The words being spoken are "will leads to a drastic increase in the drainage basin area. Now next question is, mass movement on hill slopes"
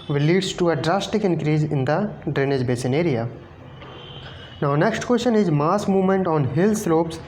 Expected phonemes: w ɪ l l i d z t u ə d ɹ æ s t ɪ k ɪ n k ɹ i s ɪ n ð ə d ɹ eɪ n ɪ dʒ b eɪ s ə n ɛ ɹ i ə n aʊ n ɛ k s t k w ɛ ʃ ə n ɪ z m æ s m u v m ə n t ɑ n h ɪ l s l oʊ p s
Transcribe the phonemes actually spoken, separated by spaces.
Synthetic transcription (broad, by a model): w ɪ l l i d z t u ə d ɹ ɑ s t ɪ k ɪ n k ɹ i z ɪ n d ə d ɹ eɪ n ɪ dʒ b eɪ s ə n ɛ ɹ i ə n aʊ n ɛ k s t k w ɛ ʃ ə n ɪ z m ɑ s m u v m ə n t ɑ n h ɪ l s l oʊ p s